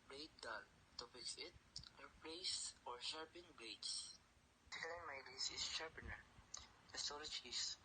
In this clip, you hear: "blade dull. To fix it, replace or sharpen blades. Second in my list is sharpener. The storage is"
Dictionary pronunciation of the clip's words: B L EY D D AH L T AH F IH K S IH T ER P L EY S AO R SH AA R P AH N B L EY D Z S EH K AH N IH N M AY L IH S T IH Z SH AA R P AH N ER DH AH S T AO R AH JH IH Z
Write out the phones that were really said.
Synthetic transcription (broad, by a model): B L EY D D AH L T AH P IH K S IH T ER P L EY S AO R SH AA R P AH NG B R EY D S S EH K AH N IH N M AY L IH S IH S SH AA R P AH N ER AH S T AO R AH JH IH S